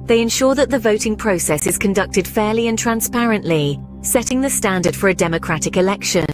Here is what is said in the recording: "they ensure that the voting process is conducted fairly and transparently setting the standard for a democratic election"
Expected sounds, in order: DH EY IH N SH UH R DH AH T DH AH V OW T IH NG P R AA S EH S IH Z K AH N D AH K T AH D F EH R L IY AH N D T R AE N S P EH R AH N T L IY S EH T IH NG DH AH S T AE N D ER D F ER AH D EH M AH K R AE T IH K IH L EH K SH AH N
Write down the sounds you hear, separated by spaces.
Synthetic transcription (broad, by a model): DH EY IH N SH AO DH AH T DH AH V OW T IH NG P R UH S EH S IH Z K AH N D AH K T AH D F EH L IY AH N T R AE N S P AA R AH N T L IY S EH T IH NG DH AH S T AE N D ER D F ER AH D EH M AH K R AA T IH K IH L EH K SH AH N